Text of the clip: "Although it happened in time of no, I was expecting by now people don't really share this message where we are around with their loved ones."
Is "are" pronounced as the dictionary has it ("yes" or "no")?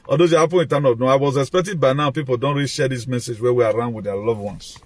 yes